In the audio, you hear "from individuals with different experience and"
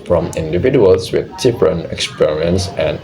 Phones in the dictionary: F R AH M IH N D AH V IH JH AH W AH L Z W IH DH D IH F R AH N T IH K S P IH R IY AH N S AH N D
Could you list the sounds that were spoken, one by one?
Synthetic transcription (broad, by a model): F R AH M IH N D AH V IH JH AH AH L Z W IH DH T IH P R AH N IH K S P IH R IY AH N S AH N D